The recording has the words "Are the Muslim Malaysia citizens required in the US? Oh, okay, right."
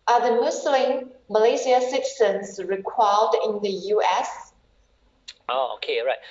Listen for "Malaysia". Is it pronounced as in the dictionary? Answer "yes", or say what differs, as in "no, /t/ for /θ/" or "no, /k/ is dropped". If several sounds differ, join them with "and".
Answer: no, /s/ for /ʒ/